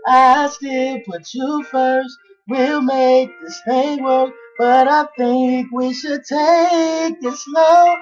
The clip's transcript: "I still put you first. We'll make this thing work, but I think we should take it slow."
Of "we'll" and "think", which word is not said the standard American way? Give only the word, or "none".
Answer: none